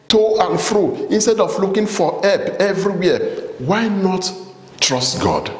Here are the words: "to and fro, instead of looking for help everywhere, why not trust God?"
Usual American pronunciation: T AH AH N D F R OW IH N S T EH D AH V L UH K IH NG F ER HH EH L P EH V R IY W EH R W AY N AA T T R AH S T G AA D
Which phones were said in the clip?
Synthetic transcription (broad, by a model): T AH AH N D F R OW IH N S T EH D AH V L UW K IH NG F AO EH P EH V R IY W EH W AY N AA T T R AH S T G AA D